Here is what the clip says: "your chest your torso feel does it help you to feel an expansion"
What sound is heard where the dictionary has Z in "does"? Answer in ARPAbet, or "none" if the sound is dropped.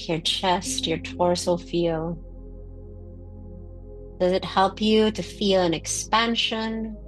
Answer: Z